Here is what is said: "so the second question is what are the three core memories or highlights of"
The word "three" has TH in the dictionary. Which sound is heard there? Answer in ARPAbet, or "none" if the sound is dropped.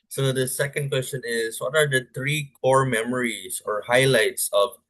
T